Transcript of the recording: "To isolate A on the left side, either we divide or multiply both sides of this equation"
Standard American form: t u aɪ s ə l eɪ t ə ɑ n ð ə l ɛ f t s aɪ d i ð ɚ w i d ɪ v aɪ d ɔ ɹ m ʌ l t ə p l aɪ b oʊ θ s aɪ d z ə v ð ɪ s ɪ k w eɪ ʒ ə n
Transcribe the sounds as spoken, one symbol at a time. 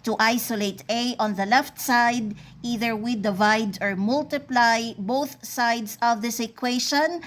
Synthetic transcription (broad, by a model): t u aɪ s ə l eɪ t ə ɑ n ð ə l ɛ f t s aɪ d i ð ɚ w i d ɪ v aɪ d ɔ ɹ m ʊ l t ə p l aɪ b oʊ θ s aɪ d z ə v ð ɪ s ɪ k w eɪ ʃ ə n